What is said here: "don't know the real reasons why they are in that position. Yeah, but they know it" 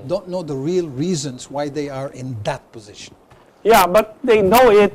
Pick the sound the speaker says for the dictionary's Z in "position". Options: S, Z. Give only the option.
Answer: Z